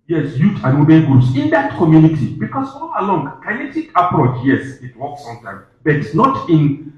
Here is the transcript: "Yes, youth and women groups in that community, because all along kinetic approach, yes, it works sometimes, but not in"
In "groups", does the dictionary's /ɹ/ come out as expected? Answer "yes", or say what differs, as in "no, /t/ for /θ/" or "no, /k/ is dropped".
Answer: no, /ɹ/ is dropped